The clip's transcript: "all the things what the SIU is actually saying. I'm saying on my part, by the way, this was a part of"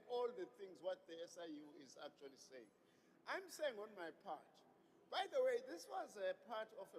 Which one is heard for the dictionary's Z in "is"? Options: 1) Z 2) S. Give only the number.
1